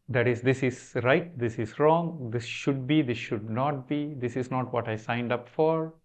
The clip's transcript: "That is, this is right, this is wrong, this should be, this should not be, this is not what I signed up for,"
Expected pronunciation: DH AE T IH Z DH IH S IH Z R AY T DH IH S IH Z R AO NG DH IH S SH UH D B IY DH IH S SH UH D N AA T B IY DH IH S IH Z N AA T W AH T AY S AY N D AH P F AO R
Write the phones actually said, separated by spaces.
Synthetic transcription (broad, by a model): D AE T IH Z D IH S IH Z R AY T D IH S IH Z R AO NG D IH S SH UH D B IY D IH S SH UH D N AA T B IY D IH S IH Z N AA T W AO T AY S AY N D AH P F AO R